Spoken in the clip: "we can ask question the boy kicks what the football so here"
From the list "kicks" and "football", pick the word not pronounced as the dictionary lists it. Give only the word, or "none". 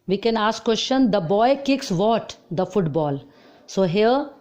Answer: none